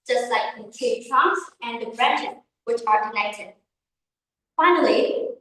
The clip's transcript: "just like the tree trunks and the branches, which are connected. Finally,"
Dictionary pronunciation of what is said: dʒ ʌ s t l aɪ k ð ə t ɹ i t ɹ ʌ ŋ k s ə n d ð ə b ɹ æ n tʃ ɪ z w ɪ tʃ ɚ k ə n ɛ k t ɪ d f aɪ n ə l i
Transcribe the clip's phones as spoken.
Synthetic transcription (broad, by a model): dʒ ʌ s t l aɪ k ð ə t i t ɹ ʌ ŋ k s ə n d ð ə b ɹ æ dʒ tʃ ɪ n w ɪ tʃ ɚ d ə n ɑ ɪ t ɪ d f aɪ n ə l i